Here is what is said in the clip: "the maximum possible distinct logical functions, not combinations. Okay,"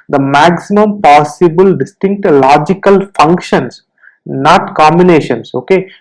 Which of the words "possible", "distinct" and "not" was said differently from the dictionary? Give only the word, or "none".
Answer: none